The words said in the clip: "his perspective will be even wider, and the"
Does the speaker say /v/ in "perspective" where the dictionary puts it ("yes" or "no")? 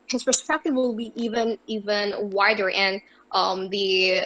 yes